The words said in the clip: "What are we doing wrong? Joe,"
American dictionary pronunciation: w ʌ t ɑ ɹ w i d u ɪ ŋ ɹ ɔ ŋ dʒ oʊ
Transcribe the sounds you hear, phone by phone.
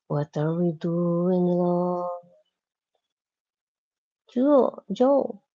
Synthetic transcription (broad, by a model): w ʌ t ɑ ɹ w i d u ɪ ŋ l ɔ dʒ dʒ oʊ